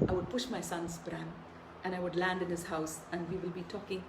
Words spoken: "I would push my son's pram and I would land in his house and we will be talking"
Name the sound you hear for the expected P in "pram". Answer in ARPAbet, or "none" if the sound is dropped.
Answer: B